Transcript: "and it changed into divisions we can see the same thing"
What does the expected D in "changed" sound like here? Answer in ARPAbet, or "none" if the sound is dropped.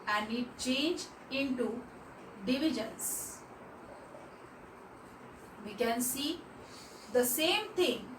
none